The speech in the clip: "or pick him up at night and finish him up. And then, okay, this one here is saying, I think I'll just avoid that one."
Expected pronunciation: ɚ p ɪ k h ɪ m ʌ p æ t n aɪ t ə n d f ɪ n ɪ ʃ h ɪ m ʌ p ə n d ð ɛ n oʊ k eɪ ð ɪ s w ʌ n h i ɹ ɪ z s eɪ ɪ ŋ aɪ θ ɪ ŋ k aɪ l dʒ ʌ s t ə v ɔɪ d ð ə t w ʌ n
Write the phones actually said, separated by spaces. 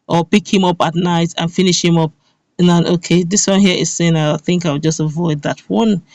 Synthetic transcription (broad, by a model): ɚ p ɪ k h ɪ m ʌ p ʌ t n aɪ t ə n f ɪ n ɪ ʃ h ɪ m ʌ p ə n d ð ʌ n oʊ k eɪ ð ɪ s w ʌ n h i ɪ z s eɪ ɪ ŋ aɪ θ ɪ ŋ k aɪ w dʒ ʌ s t ə v ɔɪ d ð ə t w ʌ n